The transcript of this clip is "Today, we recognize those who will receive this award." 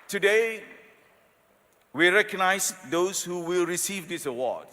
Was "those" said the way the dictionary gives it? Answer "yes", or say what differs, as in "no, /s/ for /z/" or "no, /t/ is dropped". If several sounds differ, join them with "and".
no, /s/ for /z/